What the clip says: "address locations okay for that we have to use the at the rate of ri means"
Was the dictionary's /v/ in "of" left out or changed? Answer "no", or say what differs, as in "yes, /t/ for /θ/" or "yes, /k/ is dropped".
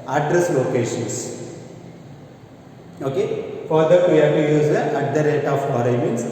yes, /b/ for /v/